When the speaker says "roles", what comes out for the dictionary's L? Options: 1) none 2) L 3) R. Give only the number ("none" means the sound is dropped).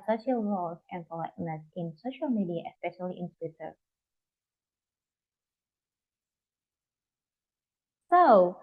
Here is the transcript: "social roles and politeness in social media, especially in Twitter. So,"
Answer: 1